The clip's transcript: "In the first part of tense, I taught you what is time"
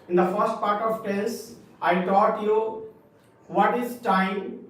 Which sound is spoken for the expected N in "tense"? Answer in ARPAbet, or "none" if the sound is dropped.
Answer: none